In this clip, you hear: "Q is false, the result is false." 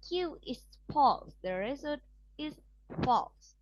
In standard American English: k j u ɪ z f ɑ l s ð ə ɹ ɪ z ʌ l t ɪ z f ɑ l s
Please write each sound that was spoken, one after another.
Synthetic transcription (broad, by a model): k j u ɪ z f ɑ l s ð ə ɹ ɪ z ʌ t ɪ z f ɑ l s